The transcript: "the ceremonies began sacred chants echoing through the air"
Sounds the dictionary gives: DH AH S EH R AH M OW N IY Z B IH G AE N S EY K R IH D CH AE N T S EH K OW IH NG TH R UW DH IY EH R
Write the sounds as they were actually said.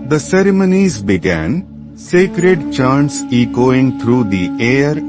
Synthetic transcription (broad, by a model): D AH S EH R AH M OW N IY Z B IH G AE N S EY K R IH D CH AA N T S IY K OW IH NG T R UW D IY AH R